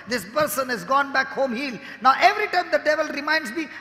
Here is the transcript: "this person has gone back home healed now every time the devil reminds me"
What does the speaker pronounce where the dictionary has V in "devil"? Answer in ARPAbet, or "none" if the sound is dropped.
V